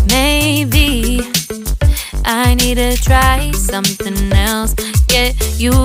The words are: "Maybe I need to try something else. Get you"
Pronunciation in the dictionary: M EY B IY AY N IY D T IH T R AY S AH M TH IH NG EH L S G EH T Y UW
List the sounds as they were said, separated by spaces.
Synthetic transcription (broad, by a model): M EY B IY AY N IY D T IH T R AY S AH M TH IH NG EH L S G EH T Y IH